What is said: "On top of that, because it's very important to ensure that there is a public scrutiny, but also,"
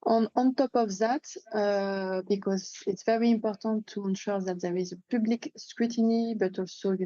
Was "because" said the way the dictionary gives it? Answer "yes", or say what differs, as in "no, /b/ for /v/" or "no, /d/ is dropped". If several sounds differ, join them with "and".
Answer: yes